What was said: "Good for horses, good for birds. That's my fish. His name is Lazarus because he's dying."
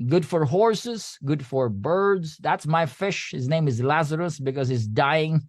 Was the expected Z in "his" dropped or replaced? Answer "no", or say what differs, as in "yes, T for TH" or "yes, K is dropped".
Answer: no